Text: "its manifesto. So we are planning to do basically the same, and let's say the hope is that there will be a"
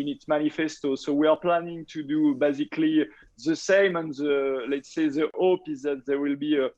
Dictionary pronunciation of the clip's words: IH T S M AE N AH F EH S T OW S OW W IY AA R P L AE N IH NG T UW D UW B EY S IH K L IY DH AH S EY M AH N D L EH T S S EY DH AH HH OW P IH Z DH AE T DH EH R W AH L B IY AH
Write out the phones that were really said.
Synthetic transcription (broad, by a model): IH T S M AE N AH F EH S T OW S OW W IY AA R P L AE N IH NG T UW D UW B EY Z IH K L IY DH AH S EY M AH N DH L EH T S S EY DH AH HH OW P IH Z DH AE T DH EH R W AH L B IY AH